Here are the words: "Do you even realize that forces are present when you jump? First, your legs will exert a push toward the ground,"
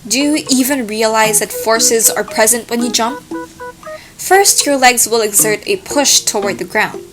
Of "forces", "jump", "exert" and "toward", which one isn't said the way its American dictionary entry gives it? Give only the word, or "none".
none